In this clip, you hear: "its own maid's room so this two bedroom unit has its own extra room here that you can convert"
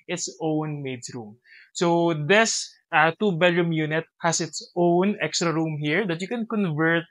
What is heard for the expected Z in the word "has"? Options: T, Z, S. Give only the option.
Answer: S